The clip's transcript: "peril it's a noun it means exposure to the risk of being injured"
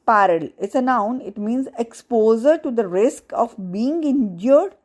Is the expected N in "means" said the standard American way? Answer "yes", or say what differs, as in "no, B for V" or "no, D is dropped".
yes